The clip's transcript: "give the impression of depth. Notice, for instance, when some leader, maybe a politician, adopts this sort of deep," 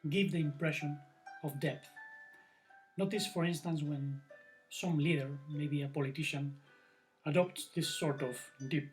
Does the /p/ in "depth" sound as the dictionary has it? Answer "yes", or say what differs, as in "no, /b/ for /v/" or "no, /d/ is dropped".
no, /p/ is dropped